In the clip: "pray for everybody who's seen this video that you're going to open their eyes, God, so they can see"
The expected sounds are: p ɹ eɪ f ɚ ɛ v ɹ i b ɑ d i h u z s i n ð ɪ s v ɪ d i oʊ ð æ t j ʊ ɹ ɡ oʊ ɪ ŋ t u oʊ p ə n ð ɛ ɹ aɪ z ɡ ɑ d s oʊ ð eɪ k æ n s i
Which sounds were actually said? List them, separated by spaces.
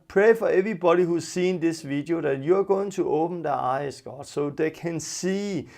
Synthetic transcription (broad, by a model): p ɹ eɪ f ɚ ɛ v ɹ i b ɑ d i h u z s i n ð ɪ s v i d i oʊ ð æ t j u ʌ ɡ oʊ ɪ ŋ s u oʊ p ə n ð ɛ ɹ aɪ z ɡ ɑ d s oʊ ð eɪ k æ n s i